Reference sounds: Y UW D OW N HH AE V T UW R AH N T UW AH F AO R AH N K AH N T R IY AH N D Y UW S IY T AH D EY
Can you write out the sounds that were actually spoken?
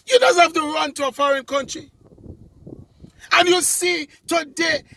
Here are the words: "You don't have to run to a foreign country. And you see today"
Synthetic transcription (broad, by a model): Y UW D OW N HH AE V T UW R AH N T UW AH F AO R AH N K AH N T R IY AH N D Y UW S IY T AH D EY